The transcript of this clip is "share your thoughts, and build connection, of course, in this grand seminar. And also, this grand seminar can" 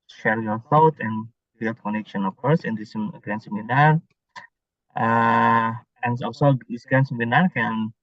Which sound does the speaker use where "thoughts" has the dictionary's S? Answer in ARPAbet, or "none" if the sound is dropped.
none